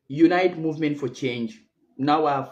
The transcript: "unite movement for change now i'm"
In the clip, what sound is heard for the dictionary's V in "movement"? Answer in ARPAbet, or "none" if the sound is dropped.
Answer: V